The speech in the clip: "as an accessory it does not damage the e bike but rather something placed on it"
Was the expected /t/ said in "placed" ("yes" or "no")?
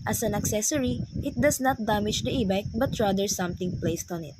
yes